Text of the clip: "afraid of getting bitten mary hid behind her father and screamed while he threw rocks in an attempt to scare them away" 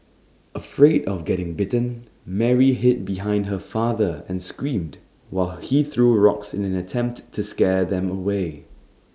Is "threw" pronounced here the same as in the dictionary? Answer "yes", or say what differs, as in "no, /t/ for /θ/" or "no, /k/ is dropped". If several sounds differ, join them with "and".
yes